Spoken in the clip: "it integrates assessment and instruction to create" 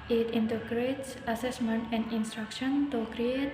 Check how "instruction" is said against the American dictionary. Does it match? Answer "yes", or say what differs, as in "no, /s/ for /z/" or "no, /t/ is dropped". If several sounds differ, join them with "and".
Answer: yes